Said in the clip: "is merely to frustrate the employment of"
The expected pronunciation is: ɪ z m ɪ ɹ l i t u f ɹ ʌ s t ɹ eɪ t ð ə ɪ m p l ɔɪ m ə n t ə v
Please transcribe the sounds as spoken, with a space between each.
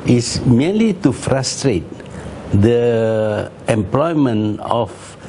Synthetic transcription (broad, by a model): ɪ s m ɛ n l i t u f ɹ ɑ s t ɹ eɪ t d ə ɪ m p l ɔɪ m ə n ə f